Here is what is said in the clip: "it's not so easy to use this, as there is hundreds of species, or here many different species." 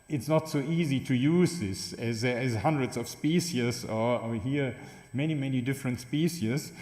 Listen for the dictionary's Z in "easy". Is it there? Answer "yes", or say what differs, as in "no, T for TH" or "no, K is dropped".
yes